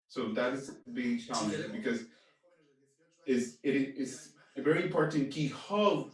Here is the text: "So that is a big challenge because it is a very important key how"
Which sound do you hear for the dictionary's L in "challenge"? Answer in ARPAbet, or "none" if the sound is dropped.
none